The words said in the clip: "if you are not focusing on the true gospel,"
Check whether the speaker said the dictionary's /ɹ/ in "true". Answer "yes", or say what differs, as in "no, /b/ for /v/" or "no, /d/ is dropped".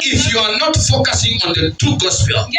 no, /ɹ/ is dropped